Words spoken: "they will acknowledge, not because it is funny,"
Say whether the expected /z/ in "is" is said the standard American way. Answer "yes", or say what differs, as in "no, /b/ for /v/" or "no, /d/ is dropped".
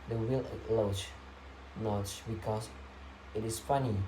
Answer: no, /s/ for /z/